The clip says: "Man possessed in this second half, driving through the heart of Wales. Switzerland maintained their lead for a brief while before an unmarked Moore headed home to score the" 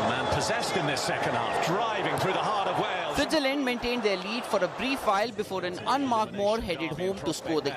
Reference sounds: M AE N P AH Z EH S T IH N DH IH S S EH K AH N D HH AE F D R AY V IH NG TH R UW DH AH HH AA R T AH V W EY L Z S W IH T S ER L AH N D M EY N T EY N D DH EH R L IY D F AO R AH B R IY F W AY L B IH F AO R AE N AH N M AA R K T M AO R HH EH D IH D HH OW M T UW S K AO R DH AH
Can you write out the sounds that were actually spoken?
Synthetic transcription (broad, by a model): M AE N P AH Z EH S T IH N DH IH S S EH K AH N D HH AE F D R AY V IH NG TH R UW DH AH HH AA R T AH V W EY L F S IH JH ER L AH N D M EY N T EY N D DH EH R L IY D F AO R AH B R IY F AY L B IH F AO R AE N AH N M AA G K M AO R HH EH D IH D HH OW M T UW S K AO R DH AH